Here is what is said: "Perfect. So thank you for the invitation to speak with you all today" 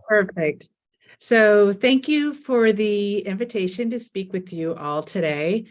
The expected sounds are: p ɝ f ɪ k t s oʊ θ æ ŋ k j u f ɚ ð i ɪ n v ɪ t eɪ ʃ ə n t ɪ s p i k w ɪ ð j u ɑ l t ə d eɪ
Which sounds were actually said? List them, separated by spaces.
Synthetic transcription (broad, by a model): p ɝ f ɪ k t s oʊ θ æ ŋ k j u f ɚ ð i ɪ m v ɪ t eɪ ʃ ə n t ɪ s p i k w ɪ ð j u ɑ l t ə d eɪ